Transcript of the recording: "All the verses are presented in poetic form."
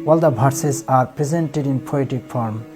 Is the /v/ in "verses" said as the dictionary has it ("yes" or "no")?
no